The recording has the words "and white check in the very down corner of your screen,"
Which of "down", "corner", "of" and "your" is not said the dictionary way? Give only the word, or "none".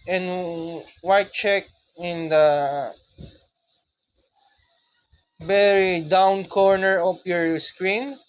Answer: of